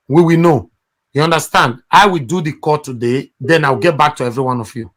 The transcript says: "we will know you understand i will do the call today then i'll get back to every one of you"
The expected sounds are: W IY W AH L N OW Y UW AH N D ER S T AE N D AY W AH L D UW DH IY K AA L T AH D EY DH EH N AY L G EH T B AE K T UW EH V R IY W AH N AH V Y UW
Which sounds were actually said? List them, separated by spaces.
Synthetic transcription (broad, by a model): W IY W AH N OW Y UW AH N D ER S T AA N D AY W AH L D UW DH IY K AA T AH D EY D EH N AY W G EH T B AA K T UW EH V R IY W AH N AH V Y UW